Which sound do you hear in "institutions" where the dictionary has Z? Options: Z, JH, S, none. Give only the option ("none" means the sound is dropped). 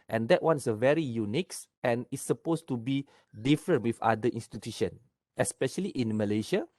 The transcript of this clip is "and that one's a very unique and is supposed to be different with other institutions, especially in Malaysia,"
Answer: none